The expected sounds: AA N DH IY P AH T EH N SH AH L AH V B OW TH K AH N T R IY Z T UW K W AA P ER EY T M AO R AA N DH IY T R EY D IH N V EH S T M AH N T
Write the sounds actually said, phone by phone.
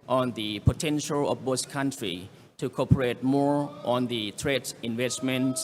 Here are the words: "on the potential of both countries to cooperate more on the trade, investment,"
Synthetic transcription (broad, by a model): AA N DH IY P AH T EH N SH AH L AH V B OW S K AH N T R IY T UW K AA P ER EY T M AO R AA N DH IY T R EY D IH N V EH S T M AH N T